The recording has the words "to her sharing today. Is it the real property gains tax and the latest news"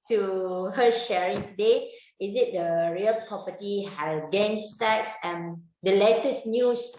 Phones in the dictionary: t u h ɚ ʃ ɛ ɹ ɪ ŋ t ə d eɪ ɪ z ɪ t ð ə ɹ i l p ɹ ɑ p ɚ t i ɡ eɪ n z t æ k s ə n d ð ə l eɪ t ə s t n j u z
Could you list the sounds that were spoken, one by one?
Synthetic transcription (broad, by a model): t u h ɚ ʃ ɛ ɹ ɪ ŋ t ə d eɪ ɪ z ɪ t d ə ɹ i l p ɹ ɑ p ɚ t i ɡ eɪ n s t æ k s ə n d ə l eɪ t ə s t n j u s